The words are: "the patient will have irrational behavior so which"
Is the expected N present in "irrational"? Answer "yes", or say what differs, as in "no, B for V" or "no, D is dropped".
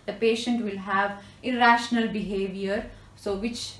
yes